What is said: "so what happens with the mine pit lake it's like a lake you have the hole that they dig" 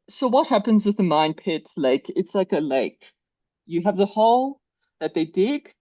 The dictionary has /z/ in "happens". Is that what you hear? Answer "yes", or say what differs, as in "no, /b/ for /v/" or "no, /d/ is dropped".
yes